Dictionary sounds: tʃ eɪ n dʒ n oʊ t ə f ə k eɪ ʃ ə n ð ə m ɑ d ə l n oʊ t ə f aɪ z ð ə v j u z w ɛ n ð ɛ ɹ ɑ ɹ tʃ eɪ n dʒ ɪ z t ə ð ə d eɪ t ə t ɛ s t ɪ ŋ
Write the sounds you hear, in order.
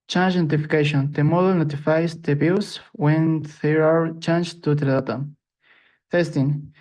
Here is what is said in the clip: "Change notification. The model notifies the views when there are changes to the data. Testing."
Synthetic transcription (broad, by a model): tʃ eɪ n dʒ n oʊ t ə f ə k eɪ ʃ ə n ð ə m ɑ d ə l n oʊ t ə f aɪ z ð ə b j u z w ɛ n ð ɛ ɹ ɑ ɹ tʃ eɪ n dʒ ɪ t t ə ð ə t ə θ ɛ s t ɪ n